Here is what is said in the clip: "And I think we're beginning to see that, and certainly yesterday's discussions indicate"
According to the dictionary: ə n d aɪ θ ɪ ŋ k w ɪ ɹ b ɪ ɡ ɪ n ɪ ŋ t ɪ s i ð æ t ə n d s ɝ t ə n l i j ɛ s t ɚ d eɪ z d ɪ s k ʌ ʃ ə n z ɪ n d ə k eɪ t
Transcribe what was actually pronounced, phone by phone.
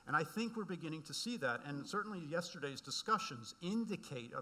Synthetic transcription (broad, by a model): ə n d aɪ θ ɪ ŋ k w ɪ ɹ b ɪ ɡ ɪ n ɪ ŋ t ɪ s i ð æ t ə n s ɝ t n l i j ɛ s t ɚ d eɪ z d ɪ s k ʌ ʃ ə n z ɪ n d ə k eɪ t